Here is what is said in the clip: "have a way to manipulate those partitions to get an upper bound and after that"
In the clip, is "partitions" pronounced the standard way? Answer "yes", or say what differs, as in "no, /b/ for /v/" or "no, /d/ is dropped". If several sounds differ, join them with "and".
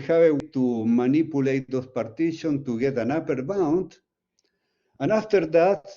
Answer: no, /z/ is dropped